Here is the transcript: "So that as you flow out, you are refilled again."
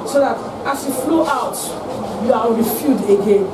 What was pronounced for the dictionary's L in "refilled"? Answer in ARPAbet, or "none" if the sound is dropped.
none